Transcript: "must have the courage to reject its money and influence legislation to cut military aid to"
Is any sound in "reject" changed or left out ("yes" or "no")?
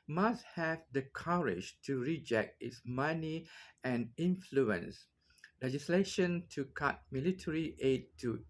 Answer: no